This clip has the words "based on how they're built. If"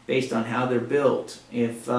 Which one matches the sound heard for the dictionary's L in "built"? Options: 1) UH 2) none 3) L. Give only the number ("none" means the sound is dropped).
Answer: 3